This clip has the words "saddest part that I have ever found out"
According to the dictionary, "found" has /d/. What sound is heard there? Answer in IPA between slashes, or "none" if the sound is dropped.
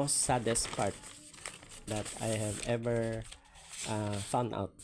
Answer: none